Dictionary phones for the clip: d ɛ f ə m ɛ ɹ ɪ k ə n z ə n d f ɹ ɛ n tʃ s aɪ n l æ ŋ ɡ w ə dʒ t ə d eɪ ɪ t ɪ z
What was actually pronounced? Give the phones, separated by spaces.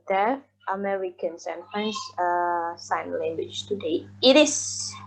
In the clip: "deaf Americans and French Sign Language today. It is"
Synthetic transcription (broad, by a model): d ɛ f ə m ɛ ɹ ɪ k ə n s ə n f ɹ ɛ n s s aɪ n l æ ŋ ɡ w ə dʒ t ə d eɪ ɪ t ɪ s